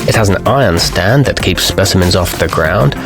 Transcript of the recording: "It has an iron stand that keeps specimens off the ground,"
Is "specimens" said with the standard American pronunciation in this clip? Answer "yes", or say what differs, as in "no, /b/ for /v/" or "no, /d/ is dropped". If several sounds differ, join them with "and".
yes